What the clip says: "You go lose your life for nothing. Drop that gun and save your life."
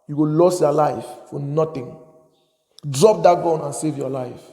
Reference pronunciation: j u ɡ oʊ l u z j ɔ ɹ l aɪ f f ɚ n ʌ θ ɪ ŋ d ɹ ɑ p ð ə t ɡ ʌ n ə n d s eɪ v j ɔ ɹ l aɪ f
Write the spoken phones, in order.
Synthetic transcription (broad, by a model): j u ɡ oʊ l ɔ s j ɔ l aɪ f f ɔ n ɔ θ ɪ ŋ d ɹ ɑ p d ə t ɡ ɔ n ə n s eɪ v j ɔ l aɪ f